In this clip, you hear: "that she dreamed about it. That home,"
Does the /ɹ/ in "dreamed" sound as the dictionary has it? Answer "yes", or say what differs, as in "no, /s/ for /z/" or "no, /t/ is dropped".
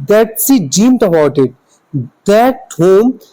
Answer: no, /ɹ/ is dropped